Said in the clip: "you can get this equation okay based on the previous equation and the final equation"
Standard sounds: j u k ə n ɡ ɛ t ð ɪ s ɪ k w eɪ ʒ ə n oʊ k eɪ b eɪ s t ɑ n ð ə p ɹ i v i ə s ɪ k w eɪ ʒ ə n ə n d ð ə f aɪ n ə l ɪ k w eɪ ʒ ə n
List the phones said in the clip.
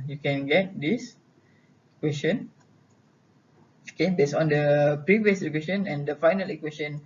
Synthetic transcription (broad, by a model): j u k ə n ɡ ɛ t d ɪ s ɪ k w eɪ s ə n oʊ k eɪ b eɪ s ɑ n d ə p ɹ i v i ə s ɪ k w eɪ ʃ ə n ə n d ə f aɪ n ə l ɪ k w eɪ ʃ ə n